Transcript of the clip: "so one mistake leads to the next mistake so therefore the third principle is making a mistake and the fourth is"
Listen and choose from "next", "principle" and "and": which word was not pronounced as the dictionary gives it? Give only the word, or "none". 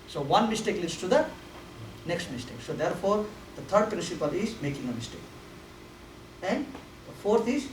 principle